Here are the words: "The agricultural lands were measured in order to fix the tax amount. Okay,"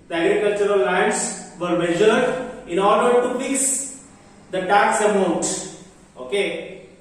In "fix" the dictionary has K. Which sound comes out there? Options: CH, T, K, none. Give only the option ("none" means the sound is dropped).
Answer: none